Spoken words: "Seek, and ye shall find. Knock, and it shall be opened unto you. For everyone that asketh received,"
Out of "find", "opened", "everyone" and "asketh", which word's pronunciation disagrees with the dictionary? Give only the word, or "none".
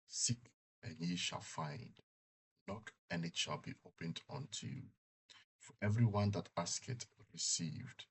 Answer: asketh